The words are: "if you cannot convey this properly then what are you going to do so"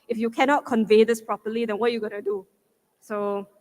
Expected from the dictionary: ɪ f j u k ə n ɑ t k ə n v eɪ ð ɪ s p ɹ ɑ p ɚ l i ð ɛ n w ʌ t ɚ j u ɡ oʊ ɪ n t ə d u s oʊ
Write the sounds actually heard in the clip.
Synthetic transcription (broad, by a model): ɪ f j u k ə n ɑ t k ə n v eɪ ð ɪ s p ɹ ɑ p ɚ l i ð ɛ n w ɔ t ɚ j u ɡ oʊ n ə d u s oʊ